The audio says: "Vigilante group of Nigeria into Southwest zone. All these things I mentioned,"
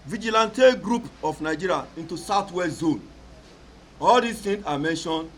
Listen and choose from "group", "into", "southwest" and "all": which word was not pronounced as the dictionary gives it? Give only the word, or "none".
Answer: southwest